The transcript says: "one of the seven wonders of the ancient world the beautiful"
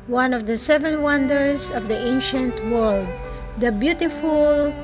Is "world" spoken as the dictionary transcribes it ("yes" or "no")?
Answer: yes